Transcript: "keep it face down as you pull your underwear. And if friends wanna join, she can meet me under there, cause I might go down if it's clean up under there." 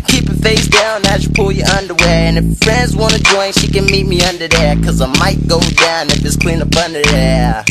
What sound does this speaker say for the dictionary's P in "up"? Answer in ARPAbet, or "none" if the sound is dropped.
B